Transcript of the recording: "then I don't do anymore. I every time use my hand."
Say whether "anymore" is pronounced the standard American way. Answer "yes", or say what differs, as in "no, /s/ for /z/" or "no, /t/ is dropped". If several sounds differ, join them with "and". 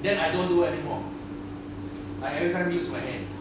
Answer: no, /l/ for /ɹ/